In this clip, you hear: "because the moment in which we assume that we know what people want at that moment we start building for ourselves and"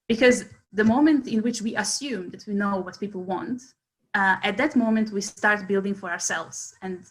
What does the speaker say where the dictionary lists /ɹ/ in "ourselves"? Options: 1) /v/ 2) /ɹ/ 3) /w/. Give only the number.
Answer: 2